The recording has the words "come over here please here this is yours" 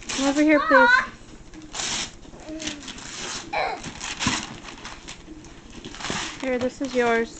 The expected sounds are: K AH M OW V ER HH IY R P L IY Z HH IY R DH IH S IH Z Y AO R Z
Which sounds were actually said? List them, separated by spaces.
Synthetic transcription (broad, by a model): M OW V ER HH IY R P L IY HH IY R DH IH S IH Z Y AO R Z